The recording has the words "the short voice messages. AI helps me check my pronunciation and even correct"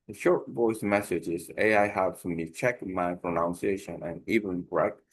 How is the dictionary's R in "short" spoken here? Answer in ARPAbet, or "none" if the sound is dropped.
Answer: R